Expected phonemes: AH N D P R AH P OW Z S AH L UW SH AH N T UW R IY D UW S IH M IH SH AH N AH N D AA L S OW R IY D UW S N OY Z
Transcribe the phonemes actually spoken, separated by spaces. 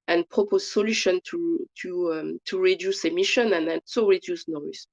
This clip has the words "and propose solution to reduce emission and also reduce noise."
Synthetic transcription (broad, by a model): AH N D P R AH P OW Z S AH L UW SH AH N T UW R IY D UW S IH M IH SH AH N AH N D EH N S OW R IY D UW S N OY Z